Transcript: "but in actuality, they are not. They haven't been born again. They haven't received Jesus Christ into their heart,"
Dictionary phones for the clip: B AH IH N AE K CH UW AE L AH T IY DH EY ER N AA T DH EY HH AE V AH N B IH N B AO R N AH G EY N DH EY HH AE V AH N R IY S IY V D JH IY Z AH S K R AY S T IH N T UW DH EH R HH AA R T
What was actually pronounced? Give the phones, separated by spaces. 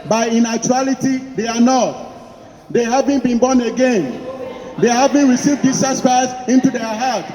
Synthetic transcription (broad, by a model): B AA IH N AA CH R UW L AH T IY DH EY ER N AA T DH EY HH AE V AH N B IH N B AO N AH G EY N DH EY HH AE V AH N R IY S IY V D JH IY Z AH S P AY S IH N T UW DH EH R HH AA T